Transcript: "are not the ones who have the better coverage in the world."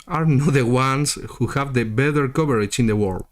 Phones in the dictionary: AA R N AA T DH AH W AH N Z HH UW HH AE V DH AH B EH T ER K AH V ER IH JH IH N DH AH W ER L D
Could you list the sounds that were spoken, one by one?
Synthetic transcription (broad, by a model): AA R N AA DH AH W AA N S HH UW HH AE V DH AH B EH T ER K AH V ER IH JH IH N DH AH W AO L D